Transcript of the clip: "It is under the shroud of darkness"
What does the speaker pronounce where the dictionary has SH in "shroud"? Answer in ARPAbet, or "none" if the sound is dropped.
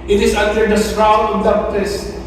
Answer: S